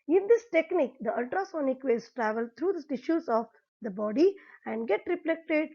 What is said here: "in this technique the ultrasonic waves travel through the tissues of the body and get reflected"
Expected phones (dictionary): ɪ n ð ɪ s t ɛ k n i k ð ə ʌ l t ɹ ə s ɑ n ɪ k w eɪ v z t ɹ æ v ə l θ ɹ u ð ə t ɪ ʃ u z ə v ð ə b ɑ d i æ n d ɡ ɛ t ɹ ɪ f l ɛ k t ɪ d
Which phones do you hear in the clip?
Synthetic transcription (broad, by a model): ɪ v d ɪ s t ɛ k n i k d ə ʌ l t ɹ ə s ɑ n ɪ k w eɪ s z t ɹ æ v ə l t ɹ u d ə t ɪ ʃ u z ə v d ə b ɑ d i æ n d ɡ ɛ t ɹ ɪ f l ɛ k t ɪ d